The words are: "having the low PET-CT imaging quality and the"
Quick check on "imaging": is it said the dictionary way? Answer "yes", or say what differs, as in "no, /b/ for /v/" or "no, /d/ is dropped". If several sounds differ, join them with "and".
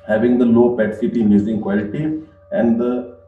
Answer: no, /z/ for /dʒ/